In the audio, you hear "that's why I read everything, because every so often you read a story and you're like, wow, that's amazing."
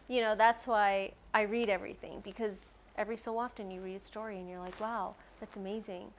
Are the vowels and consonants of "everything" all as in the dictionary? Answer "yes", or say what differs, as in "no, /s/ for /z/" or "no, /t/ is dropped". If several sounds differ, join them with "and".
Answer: yes